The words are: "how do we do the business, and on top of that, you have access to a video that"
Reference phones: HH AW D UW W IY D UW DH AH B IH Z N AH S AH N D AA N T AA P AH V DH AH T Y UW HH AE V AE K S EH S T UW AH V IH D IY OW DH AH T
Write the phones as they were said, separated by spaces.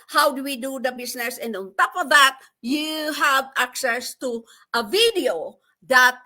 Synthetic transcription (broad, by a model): HH AW D UW W IY D UW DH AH B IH S N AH S AH N D AA N T AA P AH V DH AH T Y UW HH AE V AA K S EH S T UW AH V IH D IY OW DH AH T